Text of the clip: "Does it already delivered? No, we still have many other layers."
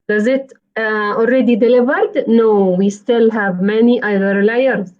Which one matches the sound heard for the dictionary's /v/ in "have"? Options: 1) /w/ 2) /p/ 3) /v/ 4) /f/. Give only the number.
3